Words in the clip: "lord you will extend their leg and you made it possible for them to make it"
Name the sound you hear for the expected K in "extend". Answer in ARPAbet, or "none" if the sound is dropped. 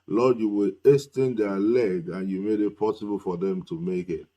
none